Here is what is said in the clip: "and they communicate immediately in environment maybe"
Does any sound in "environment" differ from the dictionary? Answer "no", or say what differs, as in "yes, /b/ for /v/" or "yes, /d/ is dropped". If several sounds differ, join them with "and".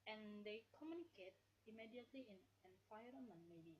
yes, /f/ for /v/